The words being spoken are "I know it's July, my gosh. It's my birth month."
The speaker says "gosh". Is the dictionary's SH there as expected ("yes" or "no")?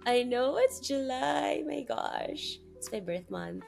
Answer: yes